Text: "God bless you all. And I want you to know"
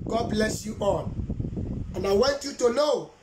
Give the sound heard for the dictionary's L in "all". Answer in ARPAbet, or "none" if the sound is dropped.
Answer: N